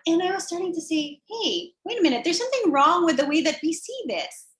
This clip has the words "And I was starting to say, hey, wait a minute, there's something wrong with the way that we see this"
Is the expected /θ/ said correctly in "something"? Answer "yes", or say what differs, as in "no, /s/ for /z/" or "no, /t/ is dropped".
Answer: yes